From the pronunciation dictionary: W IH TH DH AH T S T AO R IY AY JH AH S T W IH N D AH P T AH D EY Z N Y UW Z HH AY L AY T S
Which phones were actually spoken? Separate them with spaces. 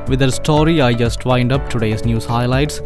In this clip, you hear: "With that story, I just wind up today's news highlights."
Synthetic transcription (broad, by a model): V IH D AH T S T AO R IY AY JH AH S T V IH N D AH P T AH D EY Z N Y UW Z HH AY L AY T S